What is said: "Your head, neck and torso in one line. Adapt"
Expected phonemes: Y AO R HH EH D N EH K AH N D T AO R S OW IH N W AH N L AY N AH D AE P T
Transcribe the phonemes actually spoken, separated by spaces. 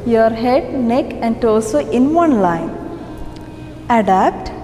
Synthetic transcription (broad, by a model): Y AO R HH EH D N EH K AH N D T AO L S OW IH N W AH N L AY N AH D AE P T